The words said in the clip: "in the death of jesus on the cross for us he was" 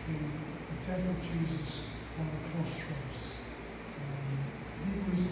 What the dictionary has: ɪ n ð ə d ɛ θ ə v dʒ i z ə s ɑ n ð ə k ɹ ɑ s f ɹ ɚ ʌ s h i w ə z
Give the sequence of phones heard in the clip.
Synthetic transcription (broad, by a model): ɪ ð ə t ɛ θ ə v dʒ i z ə s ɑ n ð ə k ɹ ɑ s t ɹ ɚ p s h i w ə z